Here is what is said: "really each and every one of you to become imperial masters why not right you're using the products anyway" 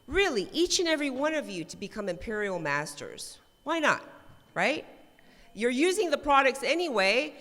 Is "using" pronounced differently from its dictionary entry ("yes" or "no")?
no